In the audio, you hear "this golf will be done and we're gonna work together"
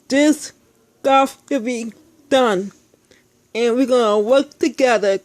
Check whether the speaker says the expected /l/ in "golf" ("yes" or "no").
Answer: no